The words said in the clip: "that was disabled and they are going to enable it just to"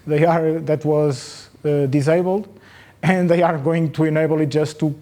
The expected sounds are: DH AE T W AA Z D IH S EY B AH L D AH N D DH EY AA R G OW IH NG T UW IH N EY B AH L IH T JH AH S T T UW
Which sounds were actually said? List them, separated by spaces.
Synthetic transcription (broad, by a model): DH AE T W AA Z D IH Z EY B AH L D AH N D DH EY AA R G OW IH NG T UW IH N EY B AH L IH T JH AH S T T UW